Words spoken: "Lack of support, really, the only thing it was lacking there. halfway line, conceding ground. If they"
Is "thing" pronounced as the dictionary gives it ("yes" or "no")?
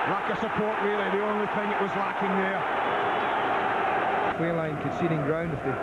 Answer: yes